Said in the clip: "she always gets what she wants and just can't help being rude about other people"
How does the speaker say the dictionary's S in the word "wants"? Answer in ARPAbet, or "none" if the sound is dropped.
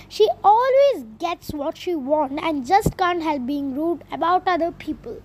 none